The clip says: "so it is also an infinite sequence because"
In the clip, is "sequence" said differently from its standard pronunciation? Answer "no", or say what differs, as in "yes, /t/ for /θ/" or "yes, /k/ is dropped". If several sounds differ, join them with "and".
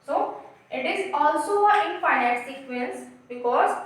yes, /l/ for /n/